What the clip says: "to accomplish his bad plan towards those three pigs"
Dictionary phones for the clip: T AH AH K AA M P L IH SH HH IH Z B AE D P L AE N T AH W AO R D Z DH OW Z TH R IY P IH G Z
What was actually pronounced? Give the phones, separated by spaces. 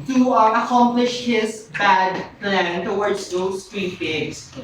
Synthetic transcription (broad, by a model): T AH AH K AA M P L IH SH HH IH Z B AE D P L AE N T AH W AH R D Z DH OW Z T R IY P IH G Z